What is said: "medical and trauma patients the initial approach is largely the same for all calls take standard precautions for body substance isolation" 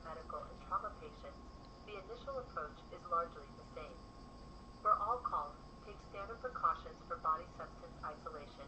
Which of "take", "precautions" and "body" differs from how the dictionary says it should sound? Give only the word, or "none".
none